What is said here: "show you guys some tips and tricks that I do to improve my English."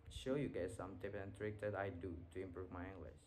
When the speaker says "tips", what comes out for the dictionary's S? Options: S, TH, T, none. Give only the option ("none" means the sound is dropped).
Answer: none